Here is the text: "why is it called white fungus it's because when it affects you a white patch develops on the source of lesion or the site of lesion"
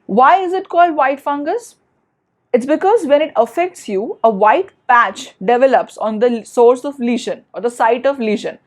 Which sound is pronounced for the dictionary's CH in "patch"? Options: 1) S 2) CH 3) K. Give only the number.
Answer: 2